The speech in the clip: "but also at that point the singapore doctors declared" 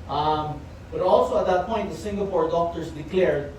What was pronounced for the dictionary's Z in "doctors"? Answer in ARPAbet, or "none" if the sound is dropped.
S